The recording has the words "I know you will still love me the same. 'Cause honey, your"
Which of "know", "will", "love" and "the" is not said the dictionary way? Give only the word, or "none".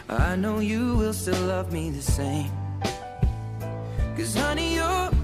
none